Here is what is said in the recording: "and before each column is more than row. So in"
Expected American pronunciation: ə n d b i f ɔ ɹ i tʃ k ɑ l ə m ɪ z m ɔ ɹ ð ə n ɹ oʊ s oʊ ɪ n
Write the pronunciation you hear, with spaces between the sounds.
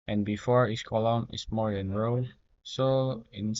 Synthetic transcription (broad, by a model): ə n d b i f ɔ ɹ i s k ɑ l ə m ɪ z m ɔ ɹ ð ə n ɹ oʊ s oʊ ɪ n